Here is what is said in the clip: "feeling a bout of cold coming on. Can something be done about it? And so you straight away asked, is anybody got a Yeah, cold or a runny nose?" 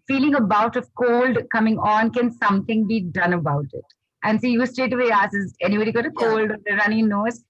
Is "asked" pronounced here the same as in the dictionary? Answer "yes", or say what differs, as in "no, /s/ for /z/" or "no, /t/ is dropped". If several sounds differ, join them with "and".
no, /t/ is dropped